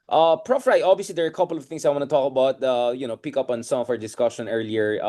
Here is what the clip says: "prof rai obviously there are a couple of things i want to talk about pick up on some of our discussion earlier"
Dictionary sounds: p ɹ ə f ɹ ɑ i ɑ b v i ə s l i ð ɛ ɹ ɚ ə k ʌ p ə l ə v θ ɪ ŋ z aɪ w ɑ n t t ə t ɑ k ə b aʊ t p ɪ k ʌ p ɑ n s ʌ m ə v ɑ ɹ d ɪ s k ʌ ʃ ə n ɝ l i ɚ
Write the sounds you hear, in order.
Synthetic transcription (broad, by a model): p ɹ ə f ɹ ɑ i ɑ b v i ə s l i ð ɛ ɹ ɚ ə k ʌ p ə l ə v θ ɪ ŋ s aɪ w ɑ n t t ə t ɑ k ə b aʊ t p ɪ k ʌ p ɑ n s ʌ m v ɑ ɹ d ɪ s k ʌ ʃ ə n ɝ l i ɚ